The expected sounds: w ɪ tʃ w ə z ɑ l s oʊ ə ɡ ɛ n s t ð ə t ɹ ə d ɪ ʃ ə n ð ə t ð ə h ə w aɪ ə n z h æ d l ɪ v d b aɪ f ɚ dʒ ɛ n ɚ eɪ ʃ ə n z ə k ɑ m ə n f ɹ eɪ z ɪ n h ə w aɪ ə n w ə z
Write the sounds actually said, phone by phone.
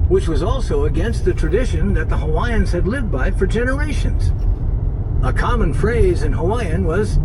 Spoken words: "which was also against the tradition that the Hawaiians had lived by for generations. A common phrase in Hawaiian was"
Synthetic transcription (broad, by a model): w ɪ tʃ w ə z ɑ l s oʊ ə ɡ ɛ n s t ð ə t ɹ ə d ɪ ʃ ə n ð ə t ð ə h ə w aɪ ə n z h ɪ d l ɪ v d b aɪ f ɚ dʒ ɛ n ɚ eɪ ʃ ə n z ə k ɑ m ə n f ɹ eɪ z ɪ n h ə w aɪ ə n w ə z